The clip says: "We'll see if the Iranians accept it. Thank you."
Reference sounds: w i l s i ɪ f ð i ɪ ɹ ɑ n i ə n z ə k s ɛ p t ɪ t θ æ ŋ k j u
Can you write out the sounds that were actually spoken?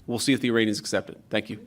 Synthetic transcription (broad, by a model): w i l s i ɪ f ð i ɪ ɹ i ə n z ə k s ɛ p t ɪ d θ æ ŋ k j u